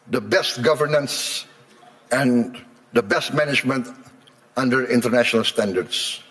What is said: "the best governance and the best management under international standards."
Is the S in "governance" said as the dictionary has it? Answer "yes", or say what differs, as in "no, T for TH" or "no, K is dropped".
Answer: yes